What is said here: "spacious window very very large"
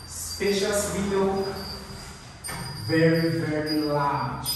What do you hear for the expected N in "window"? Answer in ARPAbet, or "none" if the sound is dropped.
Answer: none